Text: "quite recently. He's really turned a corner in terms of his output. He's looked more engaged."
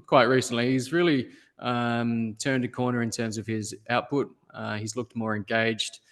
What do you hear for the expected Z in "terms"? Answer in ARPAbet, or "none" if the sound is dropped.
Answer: Z